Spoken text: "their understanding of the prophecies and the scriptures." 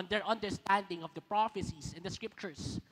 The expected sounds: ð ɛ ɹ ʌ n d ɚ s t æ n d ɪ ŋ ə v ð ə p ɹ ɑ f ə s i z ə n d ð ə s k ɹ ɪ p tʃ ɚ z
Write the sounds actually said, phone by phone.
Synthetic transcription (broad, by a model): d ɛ ɹ ʌ n d ɚ s t æ n d ɪ ŋ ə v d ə p ɹ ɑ f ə s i s ə n d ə s k ɹ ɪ p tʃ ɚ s